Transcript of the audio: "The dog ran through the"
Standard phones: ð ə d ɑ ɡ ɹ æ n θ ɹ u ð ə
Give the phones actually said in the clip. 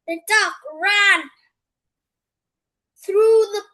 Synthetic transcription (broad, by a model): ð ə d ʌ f ɹ æ n θ ɹ u ð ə